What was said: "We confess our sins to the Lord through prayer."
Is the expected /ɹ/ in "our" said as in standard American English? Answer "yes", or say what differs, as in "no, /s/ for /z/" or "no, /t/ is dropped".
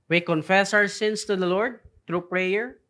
no, /w/ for /ɹ/